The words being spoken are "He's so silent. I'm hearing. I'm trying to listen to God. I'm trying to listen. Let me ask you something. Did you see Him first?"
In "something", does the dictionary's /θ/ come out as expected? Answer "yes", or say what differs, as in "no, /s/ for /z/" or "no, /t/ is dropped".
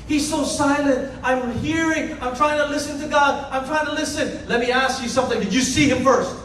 yes